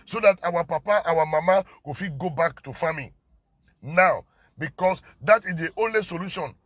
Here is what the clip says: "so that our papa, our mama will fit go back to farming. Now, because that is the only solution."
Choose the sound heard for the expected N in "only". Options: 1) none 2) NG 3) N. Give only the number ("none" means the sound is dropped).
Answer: 3